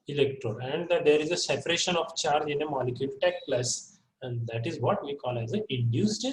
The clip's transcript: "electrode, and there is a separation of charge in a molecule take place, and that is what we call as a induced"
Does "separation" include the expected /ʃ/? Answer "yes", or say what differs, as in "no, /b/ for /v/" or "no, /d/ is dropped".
yes